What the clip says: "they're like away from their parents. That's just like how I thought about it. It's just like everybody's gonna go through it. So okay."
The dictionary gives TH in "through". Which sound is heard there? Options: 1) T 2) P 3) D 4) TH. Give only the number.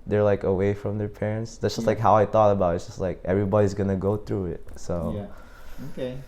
4